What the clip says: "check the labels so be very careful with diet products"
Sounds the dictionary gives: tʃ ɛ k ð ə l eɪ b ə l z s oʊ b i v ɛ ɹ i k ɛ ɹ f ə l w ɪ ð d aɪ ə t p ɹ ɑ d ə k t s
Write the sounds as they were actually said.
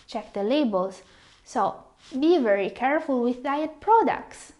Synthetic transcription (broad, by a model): tʃ ɛ k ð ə l eɪ b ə l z s oʊ b i v ɛ ɹ i k ɛ ɹ f ə l w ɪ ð d aɪ ə t p ɹ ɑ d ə k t s